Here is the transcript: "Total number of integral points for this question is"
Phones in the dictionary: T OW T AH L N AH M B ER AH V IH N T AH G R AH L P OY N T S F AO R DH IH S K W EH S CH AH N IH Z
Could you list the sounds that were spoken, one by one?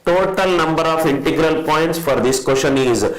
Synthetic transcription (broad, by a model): T OW T AH L N AH M B ER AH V IH N T AH G R AH L P OY N T S F AO R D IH S K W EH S SH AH N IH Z